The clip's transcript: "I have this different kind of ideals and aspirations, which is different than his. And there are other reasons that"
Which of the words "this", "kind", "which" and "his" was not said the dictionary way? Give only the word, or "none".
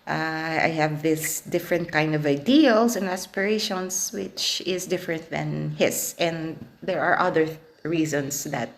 his